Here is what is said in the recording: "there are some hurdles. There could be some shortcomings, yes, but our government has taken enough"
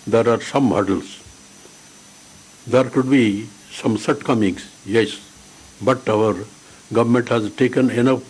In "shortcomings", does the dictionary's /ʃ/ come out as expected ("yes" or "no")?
no